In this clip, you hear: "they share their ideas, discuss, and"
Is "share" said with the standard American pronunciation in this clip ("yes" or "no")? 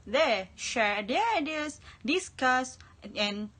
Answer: yes